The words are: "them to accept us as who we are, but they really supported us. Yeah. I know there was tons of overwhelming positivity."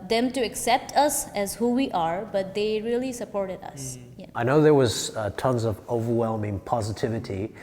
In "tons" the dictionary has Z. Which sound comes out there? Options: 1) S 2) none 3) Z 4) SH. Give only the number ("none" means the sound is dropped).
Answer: 3